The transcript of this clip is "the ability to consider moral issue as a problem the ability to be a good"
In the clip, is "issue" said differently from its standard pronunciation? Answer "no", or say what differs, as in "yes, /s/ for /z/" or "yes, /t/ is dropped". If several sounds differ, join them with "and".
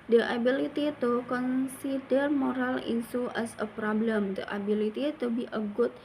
yes, /s/ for /ʃ/